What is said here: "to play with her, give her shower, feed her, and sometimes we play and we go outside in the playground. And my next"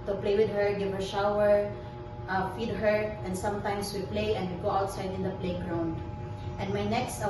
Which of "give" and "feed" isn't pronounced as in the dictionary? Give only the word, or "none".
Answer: none